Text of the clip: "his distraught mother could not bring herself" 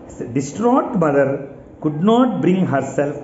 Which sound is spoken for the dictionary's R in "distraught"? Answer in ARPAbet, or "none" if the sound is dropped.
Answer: R